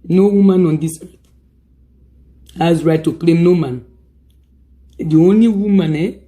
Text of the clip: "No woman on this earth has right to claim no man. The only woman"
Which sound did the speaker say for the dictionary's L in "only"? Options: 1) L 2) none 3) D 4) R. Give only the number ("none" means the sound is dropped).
1